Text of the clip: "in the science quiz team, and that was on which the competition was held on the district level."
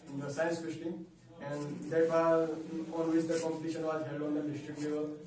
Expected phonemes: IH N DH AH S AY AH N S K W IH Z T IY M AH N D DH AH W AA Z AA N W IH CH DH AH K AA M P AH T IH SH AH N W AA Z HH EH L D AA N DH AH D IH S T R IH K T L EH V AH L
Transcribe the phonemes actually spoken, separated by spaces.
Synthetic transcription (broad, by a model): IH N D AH S AY AH N S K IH S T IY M AH N D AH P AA AA N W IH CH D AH K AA M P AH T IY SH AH N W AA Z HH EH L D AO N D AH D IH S T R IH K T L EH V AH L